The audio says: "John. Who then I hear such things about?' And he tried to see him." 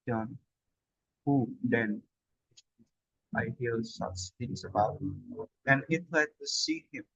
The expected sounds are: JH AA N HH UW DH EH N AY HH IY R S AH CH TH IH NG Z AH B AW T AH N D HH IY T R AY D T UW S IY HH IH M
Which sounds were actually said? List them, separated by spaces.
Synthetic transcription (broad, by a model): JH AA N HH UW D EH N AY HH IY L S AH CH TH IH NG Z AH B AW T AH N HH IY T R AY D T UW S IY HH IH M